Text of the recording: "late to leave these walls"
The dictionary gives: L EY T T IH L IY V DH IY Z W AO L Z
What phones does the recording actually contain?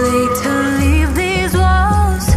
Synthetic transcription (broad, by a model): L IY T T IH L IY V DH IY Z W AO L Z